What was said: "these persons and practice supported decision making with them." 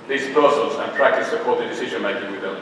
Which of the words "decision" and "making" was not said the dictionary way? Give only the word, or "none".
none